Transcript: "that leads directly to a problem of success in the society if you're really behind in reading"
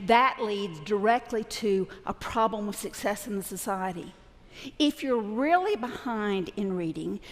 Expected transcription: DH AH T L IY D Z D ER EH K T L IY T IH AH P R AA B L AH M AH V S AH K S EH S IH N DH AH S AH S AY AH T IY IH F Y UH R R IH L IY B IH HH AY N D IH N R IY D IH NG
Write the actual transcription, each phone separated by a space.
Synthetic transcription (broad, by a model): DH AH T L IY D Z D ER EH K T L IY T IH AH P R AA B L AH M AH V S AH K S EH S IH N DH AH S AH S AY AH T IY IH F Y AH R R IH L IY B IH HH AY N D IH N R IY D IH NG